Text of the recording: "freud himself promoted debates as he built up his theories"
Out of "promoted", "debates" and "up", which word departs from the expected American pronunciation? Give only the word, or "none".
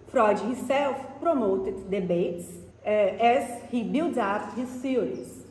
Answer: up